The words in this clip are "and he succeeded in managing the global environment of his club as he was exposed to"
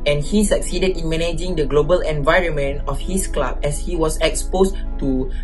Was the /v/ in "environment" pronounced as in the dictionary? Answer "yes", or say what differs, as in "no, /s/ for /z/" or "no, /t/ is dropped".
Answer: yes